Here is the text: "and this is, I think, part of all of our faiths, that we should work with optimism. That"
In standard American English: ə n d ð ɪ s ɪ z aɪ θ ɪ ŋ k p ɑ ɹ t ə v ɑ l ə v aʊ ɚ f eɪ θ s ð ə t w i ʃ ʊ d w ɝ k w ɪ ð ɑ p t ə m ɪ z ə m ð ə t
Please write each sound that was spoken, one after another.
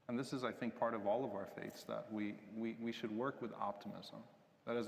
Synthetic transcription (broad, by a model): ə n ð ɪ s ɪ z aɪ θ ɪ ŋ k p ɑ ɹ t ə v ɑ l ə v aʊ ɚ f eɪ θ s ð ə t w i ʃ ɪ d w ɝ k w ɪ ð ɑ p t ə m ɪ z ə m ð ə t